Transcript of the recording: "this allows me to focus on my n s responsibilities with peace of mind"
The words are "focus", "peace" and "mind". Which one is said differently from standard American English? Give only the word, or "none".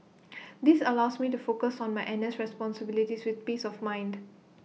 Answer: none